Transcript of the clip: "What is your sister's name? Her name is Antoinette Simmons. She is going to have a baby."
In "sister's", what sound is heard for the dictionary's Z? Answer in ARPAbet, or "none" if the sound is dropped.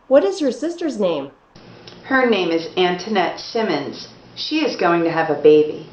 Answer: Z